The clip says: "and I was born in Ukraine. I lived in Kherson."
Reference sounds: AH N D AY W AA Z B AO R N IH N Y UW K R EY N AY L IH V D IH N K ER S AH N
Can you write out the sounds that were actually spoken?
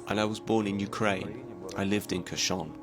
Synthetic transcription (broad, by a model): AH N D AY W AA Z B AO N IH N Y UW K R EY N AY L IH V D IH N K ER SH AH N